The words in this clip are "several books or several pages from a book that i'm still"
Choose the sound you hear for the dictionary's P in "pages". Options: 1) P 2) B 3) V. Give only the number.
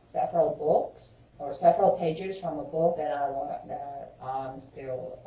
1